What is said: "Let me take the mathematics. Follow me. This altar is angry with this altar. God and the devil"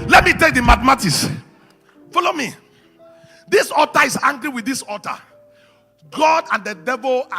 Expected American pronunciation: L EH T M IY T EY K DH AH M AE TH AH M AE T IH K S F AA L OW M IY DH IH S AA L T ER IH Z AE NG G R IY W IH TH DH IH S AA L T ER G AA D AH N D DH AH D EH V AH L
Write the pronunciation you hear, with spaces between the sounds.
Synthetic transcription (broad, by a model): L EH T M IY T EY K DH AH M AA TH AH M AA T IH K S F AA L OW M IY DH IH S AA T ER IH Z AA NG G R IY W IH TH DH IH S AA T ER G AA D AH N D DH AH D EH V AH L